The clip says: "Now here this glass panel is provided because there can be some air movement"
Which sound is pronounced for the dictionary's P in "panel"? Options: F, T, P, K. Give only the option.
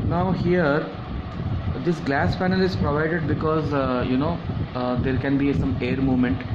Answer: F